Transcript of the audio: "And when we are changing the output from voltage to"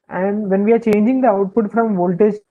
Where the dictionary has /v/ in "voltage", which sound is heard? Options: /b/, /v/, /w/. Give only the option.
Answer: /v/